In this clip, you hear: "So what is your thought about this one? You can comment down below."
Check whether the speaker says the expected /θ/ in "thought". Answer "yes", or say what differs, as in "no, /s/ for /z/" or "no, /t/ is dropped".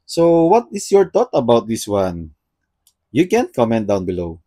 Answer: no, /t/ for /θ/